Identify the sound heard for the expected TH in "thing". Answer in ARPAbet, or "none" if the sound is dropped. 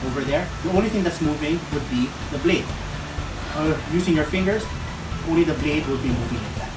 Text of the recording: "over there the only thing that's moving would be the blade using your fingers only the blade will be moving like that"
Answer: T